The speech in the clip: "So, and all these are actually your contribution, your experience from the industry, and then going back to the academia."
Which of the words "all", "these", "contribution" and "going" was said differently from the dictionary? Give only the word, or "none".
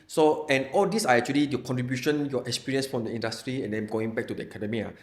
these